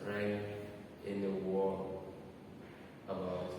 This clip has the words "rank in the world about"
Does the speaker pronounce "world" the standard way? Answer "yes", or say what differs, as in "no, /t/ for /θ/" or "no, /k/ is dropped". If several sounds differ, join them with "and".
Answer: no, /d/ is dropped